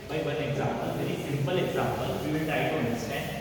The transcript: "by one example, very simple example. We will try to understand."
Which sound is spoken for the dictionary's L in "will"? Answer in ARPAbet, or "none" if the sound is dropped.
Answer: N